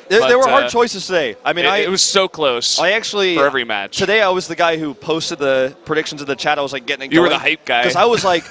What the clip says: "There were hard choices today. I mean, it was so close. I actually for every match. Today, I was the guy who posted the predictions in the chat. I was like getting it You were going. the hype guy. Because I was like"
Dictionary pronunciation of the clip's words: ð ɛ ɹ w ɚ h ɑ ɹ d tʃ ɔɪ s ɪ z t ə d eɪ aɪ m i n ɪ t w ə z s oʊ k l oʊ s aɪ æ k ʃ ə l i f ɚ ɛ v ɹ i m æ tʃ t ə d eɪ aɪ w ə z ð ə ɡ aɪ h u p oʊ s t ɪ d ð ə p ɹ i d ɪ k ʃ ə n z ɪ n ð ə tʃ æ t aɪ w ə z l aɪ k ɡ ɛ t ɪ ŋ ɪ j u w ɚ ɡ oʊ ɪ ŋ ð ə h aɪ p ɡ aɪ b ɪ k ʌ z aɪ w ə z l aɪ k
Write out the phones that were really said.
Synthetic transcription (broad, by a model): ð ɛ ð w ɚ h ɑ ɹ d tʃ ɔɪ s ɪ z t ə d eɪ aɪ m i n ɪ t w ə z s oʊ k l oʊ s aɪ æ k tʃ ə l i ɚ ɛ v ɹ i m æ tʃ t ə d eɪ aɪ w ə z ð ə ɡ aɪ h u p oʊ s t ɪ d ð ə p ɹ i d ɪ k ʃ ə n z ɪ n ð ə tʃ æ t aɪ w ə z l aɪ k ɡ ɛ t ɪ ŋ ɪ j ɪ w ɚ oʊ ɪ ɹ ð ə h aɪ p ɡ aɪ ɪ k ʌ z aɪ w ə z l aɪ k